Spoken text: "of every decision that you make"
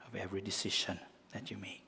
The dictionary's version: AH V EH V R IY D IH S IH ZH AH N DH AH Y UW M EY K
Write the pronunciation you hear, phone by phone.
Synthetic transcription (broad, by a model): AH V EH V R IY D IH S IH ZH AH N DH AH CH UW M EY K